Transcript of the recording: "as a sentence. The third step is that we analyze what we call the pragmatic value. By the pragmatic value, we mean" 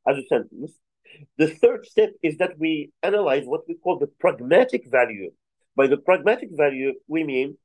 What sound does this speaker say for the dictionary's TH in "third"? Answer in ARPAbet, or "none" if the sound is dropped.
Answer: TH